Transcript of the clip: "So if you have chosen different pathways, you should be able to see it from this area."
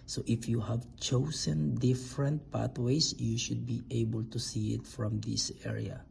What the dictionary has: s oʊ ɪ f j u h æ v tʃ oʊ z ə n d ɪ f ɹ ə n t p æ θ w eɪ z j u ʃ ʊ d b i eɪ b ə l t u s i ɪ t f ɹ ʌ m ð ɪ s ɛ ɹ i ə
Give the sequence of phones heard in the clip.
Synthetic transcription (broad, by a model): s oʊ ɪ f j u h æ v tʃ oʊ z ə n d ɪ f ɹ ə n t p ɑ t w eɪ s j u ʃ ʊ d b i eɪ b ə l t u s i ɪ t f ɹ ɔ m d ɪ s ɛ ɹ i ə